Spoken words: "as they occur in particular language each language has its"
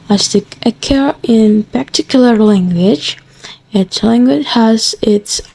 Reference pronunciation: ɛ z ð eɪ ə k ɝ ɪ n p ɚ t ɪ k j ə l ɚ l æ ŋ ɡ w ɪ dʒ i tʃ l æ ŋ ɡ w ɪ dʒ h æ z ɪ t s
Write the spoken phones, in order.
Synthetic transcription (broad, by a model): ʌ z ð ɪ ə k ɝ ɪ n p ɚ t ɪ k j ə l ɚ l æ ŋ ɡ w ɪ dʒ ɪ s l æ ŋ ɡ w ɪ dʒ h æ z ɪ t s